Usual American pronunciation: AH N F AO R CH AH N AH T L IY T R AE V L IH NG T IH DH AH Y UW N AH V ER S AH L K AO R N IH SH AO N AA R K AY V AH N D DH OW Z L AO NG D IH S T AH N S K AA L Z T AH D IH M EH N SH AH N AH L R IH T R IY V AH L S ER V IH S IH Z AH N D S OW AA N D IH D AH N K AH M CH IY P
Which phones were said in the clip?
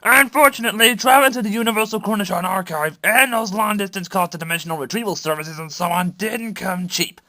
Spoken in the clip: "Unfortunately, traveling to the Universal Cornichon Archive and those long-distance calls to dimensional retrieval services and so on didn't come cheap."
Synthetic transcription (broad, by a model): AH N F AO R CH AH N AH T L IY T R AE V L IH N T IH DH AH Y UW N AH V ER S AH L K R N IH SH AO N AA R K AY V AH N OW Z L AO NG D IH S T AH N S K AA Z T AH D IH M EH N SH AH N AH L R IH T R IY V AH L S ER V IH S IH Z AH N S OW AA N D IH D N K AH M CH IY P